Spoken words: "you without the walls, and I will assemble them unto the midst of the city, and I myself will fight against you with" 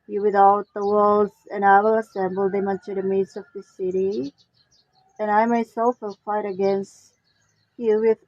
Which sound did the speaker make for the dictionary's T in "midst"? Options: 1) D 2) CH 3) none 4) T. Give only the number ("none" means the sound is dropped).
3